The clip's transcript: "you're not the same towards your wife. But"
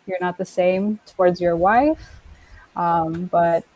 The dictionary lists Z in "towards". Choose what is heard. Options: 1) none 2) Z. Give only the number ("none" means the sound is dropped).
2